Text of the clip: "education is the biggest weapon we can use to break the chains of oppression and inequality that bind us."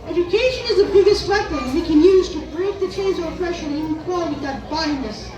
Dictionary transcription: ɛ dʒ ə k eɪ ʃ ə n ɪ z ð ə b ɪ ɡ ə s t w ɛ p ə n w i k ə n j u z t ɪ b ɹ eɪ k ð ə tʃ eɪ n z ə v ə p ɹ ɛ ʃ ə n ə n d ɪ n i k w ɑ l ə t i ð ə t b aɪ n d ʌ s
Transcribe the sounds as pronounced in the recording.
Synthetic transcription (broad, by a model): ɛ dʒ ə k eɪ ʃ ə n ɪ z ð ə b ɪ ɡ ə s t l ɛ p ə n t k ə n j u z t ɪ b ɹ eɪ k ð ə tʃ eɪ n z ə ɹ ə f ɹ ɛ ʃ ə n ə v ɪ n k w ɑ l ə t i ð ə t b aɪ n ʌ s